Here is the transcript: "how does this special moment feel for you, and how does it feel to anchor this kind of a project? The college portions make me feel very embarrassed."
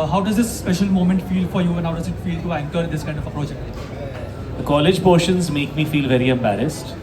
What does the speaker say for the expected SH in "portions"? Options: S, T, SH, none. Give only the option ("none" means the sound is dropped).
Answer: SH